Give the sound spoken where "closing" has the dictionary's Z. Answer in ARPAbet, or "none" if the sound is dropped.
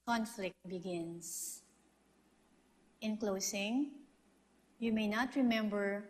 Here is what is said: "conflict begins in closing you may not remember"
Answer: S